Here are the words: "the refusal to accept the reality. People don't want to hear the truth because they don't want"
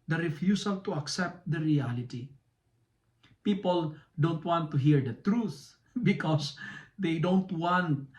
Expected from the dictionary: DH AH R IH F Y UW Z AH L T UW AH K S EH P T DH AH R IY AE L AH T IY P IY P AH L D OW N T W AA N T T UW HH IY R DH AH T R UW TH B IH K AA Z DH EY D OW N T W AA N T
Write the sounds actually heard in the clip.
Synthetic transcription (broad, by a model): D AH R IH F Y UW S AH L T UW AH K S EH P T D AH R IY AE L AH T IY P IY P AH L D OW N T W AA N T T UW HH IY R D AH T R UW TH B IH K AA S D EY D OW N T W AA N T